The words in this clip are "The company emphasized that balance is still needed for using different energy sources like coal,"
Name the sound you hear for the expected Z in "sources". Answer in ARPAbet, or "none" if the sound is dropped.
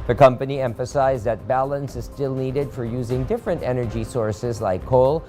Z